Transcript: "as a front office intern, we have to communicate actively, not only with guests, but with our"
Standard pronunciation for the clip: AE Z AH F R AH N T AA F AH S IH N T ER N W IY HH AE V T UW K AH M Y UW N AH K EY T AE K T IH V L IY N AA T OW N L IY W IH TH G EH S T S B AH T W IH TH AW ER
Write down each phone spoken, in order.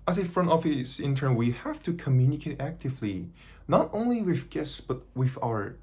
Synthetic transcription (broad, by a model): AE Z AH F R AH N T AA F AH S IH N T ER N W IY HH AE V T UW K AH M Y UW N AH K EY T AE K T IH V L IY N AA T OW N L IY W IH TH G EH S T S B AH T W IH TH AW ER